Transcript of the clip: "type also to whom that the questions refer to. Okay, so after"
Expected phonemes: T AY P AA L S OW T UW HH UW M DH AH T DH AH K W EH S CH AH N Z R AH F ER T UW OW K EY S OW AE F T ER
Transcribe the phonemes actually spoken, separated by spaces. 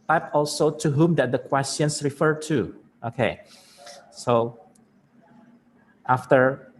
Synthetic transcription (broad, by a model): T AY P AA L S OW T UW HH UW M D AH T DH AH K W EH S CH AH N S R AH F ER T UW OW K EY S OW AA F T ER